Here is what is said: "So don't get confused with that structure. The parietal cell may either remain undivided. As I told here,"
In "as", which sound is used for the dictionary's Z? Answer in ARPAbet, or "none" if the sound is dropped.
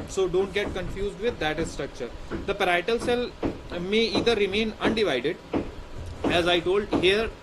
Z